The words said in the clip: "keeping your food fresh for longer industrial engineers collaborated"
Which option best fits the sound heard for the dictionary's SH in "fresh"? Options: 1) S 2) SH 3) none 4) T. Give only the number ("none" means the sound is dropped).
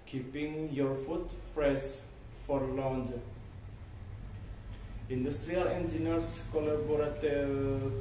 1